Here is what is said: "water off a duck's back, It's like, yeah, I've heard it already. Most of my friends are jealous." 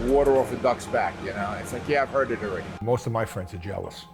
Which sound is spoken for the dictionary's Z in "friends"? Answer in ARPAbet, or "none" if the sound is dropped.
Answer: Z